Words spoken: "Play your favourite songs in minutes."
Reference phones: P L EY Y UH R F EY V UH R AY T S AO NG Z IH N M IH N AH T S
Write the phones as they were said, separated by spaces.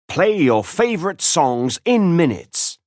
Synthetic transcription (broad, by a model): P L EY Y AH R F EY V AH R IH T S AO NG Z IH N M IH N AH T S